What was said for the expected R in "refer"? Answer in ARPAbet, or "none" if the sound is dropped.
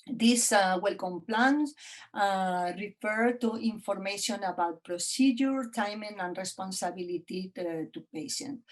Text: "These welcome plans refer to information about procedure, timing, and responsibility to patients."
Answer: R